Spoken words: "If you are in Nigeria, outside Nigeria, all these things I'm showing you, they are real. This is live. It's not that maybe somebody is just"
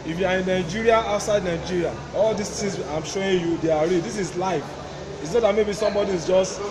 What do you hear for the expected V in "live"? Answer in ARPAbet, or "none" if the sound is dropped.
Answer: F